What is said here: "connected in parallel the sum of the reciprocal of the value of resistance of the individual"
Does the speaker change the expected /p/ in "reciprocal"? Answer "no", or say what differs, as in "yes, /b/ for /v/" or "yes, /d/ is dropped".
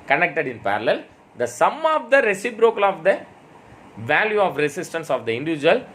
yes, /b/ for /p/